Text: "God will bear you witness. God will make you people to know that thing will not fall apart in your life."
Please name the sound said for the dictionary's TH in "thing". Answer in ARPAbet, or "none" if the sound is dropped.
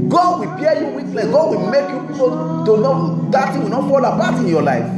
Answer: T